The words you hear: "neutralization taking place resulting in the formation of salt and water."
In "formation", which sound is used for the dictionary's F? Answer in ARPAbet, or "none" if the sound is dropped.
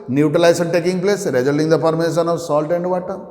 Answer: P